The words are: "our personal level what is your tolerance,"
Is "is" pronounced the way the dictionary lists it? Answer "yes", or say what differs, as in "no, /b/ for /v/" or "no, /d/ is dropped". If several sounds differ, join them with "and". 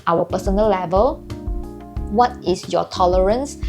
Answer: no, /s/ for /z/